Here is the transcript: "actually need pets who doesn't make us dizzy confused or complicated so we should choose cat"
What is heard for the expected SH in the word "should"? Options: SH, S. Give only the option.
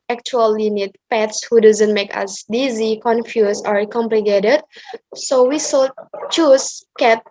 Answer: S